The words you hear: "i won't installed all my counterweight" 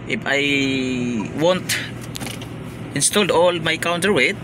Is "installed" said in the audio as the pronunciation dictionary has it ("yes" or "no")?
yes